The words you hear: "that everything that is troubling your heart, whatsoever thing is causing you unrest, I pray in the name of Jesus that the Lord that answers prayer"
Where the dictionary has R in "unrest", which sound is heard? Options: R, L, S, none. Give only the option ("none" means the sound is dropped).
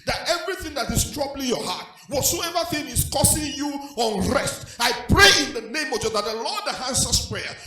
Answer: R